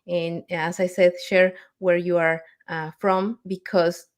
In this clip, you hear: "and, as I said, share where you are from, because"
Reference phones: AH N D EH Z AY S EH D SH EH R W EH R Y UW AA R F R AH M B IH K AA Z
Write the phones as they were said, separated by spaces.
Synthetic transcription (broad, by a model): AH N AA S AY S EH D SH EH R W EH R Y UW AA R F R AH M B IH K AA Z